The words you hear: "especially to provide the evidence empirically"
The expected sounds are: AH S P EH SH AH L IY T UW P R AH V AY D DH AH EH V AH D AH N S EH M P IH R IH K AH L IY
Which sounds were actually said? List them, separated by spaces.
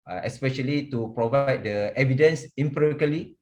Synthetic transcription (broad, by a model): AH S P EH SH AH L IY T UW P R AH V AY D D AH EH V AH D AH N S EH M P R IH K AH L IY